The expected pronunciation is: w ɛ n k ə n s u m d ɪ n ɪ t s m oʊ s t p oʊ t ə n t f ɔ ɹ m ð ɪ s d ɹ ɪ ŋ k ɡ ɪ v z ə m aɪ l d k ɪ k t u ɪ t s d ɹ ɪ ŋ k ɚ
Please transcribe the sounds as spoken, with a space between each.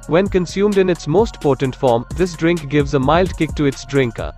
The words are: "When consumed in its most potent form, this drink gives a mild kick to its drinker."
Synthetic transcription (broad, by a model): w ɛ n k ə n s u m d ɪ n ɪ t s m oʊ s t p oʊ t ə n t f ɔ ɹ m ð ɪ s d ɹ ɪ ŋ k ɡ ɪ v z ə m aɪ l d k ɪ k t u ɪ t s d ɹ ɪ ŋ k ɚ